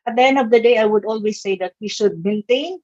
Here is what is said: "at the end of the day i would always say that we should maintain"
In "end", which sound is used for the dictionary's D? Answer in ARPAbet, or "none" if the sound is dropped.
D